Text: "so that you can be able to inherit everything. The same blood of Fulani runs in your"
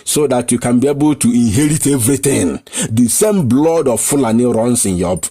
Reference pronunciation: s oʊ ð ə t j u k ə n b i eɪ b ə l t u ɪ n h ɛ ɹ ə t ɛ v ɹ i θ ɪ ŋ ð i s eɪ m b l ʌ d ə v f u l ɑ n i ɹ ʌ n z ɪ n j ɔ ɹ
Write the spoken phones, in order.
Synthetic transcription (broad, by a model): s oʊ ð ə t j u k ə n b i eɪ b ə l t u ɪ n h ɛ ɹ ə t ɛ v ɹ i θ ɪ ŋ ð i s eɪ m b l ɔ d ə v f u l ɑ n i ɹ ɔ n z ɪ n j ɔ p